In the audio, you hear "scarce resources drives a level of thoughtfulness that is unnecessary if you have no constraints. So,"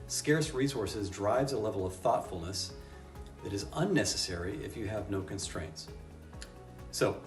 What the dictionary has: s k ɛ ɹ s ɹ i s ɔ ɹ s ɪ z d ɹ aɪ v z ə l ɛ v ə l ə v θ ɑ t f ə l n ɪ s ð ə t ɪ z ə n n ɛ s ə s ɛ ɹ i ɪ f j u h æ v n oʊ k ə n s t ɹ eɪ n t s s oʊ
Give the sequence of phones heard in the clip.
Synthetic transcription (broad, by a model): s k ɛ ɹ s ɹ i s ɔ ɹ s ɪ z d ɹ aɪ v z ə l ɛ v l ə v θ ɑ t f l n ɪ s ð ə t ɪ z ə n n ɛ s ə s ɛ ɹ i ɪ f j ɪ v n oʊ k ə n s t ɹ eɪ n t s s oʊ